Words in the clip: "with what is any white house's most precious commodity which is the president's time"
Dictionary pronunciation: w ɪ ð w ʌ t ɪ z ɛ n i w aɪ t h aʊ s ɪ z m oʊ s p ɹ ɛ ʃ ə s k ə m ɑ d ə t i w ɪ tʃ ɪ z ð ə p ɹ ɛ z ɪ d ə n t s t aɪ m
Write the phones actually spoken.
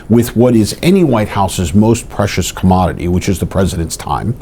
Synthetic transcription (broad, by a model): w ɪ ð w ʌ t ɪ z ɛ n i w aɪ t h aʊ s ɪ z m oʊ s p ɹ ɛ ʃ ə s k ə m ɑ d ə t i w ɪ tʃ ɪ z ð ə p ɹ ɛ z ɪ d ə n t s t aɪ m